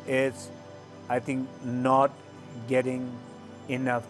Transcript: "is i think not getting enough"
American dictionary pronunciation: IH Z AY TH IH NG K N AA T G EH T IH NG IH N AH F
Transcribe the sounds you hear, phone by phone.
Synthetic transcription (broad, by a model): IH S AY T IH NG K N AA T G EH T IH NG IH N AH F